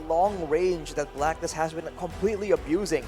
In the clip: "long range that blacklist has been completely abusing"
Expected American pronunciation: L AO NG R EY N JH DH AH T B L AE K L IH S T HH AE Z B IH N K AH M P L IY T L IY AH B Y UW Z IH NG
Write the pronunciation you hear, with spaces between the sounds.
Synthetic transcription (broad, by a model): L AO NG R EY N JH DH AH T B L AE K N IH S HH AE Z B IH N K AH M P L IY T L IY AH B Y UW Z IH NG